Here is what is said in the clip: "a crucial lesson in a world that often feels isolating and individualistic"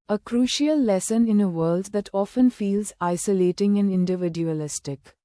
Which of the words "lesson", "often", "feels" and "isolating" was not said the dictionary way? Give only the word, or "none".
none